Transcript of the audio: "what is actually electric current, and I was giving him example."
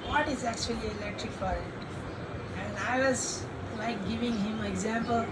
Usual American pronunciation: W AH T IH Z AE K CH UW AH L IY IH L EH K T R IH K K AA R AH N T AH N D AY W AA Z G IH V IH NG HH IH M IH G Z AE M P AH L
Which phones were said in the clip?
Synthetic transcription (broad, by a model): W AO T IH Z AE K CH UW AH L IY IH L EH K T R IH K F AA R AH T AH N D AY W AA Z G IH V IH NG HH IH M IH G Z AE M P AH L